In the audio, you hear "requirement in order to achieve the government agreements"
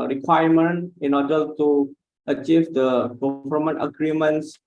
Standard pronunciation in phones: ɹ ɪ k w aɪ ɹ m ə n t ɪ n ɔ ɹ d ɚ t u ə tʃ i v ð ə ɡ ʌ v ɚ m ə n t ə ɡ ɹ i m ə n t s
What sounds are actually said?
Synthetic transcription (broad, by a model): ɹ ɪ k w aɪ m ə n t ɪ n ɔ d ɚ t u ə tʃ i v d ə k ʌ f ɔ m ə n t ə ɡ ɹ i m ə n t s